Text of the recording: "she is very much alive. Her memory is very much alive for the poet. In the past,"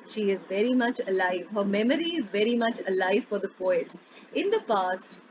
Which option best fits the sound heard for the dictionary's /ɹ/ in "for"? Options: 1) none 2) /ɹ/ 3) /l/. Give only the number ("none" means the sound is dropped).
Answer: 2